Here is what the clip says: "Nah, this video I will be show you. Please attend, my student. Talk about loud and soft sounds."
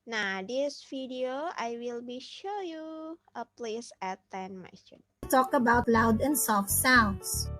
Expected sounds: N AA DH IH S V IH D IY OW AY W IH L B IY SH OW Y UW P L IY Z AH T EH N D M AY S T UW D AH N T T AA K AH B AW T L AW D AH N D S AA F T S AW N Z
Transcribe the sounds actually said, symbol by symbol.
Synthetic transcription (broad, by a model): N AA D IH S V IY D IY OW AY W IH L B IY SH OW Y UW P L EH S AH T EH N M AY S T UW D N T T AA K AH B AW T L AW D AH N D S AA F T S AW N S